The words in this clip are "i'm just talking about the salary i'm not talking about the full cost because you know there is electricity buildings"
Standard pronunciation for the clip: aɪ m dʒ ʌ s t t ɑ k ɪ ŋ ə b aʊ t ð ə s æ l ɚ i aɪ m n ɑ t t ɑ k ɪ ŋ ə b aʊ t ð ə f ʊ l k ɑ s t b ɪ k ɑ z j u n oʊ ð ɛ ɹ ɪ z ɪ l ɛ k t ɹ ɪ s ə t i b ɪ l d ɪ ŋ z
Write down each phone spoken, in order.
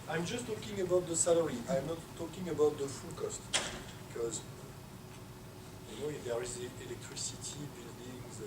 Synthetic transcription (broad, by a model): aɪ m dʒ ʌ s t t ɑ k ɪ ŋ ə b aʊ t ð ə s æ l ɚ i aɪ m n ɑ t t ɑ k ɪ ŋ ə b aʊ t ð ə f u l k ɑ s t b ɪ k ɑ z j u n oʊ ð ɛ ɹ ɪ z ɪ l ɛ k t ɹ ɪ s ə t i b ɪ l d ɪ ŋ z